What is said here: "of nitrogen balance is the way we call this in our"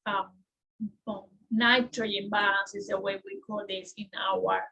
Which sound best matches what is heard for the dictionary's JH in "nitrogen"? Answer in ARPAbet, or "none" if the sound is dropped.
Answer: none